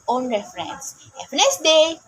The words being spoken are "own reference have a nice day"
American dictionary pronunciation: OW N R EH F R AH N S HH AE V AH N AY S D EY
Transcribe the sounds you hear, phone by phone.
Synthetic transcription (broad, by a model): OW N R EH F R AH N S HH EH P AH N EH S D EY